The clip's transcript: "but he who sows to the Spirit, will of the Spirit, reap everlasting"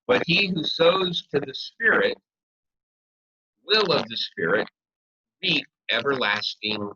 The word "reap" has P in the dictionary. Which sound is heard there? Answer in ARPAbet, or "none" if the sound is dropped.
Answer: none